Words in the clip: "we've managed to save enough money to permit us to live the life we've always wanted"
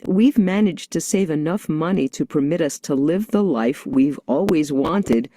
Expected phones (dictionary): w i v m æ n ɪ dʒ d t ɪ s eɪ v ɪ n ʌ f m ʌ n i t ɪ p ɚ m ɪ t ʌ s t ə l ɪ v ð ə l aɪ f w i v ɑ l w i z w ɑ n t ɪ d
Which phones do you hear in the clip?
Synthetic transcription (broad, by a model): w i v m æ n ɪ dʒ t ɪ s eɪ v ɪ n ʌ f m ʌ n i t ɪ p ɚ m ɪ t ʌ s t ə l ɪ v ð ə l aɪ f w i v ɑ l w i z w ɑ n t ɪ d